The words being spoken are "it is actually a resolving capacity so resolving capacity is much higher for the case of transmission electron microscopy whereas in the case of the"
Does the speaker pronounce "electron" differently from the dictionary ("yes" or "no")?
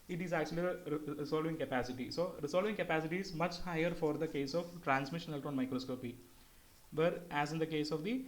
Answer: yes